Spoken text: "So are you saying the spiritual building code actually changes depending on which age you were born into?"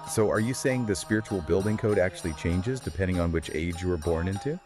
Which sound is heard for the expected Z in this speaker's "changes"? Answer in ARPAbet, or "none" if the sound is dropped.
Z